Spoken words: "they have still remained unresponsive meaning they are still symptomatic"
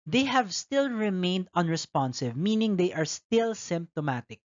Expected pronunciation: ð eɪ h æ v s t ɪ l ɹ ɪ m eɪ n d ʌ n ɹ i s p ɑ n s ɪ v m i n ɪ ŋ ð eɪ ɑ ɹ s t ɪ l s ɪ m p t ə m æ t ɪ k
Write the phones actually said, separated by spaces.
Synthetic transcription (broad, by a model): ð eɪ h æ v s t ɪ l ɹ ɪ m eɪ n d ʌ n ɹ i s p ɑ n s ɪ v m i n ɪ ŋ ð eɪ ɑ ɹ s t ɪ l s ɪ m p t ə m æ t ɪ k